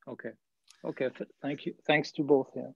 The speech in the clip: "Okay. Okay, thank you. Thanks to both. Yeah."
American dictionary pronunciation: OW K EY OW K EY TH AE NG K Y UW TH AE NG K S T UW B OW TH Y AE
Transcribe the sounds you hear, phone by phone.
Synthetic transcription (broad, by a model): OW K EY OW K EY TH AE NG K Y UW TH AE NG K S T UW B OW TH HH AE